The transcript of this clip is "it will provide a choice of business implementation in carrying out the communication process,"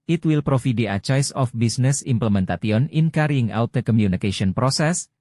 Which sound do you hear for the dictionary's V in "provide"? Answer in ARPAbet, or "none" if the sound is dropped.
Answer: F